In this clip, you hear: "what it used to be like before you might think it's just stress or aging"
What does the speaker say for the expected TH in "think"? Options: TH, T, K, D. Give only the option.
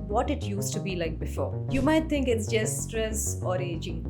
T